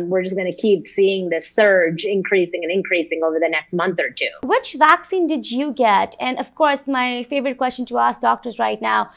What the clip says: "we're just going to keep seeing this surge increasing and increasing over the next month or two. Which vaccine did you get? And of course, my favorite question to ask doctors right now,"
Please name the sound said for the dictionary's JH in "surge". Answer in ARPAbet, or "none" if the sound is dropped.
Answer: JH